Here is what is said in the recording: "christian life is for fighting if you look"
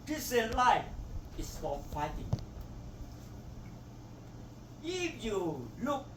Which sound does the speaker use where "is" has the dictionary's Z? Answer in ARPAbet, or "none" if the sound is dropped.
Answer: S